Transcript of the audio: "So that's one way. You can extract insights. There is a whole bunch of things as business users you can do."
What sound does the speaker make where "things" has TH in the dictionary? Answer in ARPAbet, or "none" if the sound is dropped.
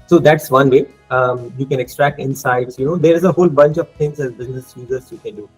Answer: T